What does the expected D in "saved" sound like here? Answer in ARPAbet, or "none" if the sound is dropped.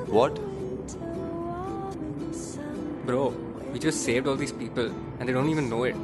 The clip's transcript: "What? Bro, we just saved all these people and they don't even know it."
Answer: D